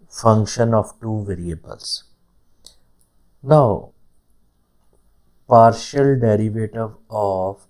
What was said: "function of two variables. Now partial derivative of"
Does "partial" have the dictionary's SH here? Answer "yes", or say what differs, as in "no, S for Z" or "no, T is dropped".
yes